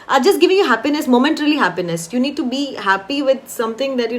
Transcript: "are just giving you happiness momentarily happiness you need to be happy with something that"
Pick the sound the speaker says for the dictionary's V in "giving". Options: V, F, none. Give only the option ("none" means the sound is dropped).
V